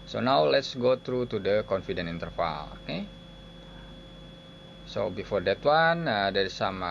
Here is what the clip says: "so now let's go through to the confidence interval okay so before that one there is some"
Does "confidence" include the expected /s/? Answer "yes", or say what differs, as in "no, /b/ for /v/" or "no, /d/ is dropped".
no, /s/ is dropped